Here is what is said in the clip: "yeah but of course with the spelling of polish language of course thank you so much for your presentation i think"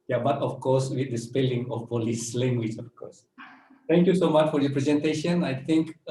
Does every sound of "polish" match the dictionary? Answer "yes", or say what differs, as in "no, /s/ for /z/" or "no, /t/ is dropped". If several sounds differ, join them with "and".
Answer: no, /s/ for /ʃ/